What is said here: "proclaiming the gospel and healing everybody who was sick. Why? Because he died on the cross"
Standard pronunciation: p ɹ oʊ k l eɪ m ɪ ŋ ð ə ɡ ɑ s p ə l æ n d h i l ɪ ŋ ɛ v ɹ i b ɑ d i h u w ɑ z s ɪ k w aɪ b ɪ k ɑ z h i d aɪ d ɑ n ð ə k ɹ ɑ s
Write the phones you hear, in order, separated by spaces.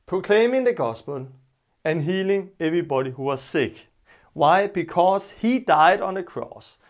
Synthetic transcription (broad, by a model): p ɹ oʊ k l eɪ m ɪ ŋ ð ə ɡ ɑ s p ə l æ n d h i l ɪ ŋ ɛ v ɹ i b ɑ d i h u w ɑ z s ɪ k w aɪ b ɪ k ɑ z h i d aɪ d ɑ n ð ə k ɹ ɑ s